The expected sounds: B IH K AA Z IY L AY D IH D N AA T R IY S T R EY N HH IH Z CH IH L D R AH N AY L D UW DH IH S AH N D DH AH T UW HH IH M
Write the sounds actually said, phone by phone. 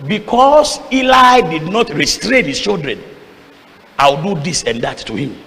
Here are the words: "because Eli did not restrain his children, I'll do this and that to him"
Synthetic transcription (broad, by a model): B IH K AA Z IY L AY D IH D N AA T R IY S T R EY N HH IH S CH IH L D R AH N AY W D UW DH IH S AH N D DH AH T UW HH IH M